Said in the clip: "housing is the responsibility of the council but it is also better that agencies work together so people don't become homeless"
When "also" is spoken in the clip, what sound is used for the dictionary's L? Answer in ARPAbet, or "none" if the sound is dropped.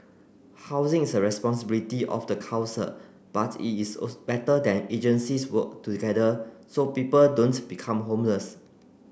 none